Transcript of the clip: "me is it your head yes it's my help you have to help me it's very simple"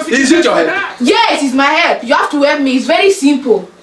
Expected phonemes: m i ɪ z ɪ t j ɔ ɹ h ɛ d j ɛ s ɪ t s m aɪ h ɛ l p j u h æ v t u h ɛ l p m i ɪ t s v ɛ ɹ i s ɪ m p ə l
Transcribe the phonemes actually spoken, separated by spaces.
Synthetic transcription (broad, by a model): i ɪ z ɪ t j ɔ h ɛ j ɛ ɪ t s m aɪ h ɛ l p j u h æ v t u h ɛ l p m i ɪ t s v ɛ ɹ i s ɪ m p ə l